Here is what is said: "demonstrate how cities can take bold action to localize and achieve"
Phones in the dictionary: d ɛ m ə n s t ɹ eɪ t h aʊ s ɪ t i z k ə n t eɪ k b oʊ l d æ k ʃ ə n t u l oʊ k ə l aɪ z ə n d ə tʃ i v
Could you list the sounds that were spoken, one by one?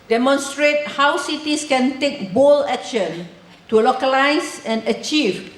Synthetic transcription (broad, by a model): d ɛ m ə n s t ɹ eɪ t h aʊ s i t i s k ə n t eɪ k b oʊ l ɛ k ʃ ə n t u l oʊ k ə l aɪ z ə n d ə tʃ i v